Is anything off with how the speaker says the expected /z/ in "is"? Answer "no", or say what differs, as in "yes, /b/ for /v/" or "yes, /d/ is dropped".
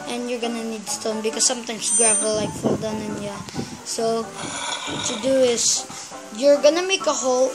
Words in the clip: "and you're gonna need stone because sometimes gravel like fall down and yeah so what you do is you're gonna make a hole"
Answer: yes, /s/ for /z/